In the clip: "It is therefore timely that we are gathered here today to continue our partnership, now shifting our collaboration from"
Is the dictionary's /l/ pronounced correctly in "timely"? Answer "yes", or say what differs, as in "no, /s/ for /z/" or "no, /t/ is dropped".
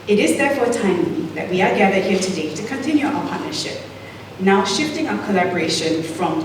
no, /l/ is dropped